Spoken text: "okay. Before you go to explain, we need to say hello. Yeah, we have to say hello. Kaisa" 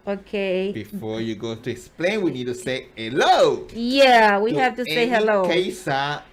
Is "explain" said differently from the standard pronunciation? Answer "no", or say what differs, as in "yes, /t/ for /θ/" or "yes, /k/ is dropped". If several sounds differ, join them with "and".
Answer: no